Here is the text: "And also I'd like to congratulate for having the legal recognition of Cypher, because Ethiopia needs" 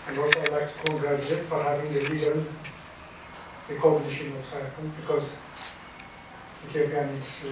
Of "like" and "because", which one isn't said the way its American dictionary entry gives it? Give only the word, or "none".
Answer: none